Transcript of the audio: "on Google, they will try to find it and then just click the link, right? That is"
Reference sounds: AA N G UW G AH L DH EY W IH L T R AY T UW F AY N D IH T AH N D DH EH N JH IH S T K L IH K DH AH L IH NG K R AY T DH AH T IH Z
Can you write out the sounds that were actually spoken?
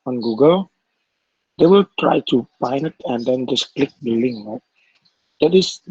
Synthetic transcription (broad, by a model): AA N G UW G AH L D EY W IH L T R AY T UW P AY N IH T AH N D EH N JH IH S K L IH K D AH L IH NG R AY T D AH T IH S